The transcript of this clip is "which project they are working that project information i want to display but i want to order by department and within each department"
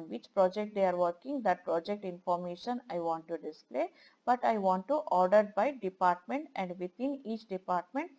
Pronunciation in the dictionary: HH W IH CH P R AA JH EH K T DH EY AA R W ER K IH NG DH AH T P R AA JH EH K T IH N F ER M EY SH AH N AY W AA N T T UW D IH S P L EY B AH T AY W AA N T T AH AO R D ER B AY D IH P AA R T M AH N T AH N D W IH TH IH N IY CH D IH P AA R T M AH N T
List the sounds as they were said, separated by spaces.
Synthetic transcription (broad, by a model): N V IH CH P R AA JH EH K T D EY AA R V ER K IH NG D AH T P R AA JH EH K T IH N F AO M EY SH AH N AY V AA N T T UW D IH S P L EY B AH T AY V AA N T T AO R D ER B AY D IH P AA R T M AH N T AH N D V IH T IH N IY CH D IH P AA R T M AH N T